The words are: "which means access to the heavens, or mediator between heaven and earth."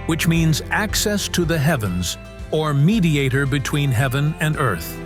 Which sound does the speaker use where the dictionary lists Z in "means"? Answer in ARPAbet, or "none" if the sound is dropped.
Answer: Z